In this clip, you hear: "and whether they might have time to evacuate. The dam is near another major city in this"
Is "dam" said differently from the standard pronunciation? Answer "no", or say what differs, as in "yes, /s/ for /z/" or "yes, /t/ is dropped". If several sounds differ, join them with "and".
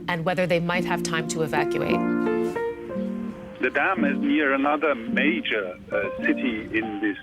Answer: no